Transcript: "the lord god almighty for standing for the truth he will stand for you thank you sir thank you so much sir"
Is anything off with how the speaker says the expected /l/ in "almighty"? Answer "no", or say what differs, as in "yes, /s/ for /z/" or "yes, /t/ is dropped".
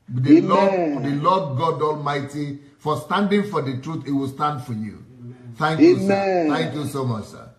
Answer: no